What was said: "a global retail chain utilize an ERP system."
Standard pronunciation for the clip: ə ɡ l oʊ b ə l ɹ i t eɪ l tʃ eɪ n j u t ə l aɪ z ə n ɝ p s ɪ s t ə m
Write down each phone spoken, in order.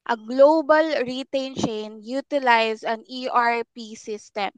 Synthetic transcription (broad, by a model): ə ɡ l oʊ b ə l ɹ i t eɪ n tʃ eɪ n j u t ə l aɪ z ə n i p s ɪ s t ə m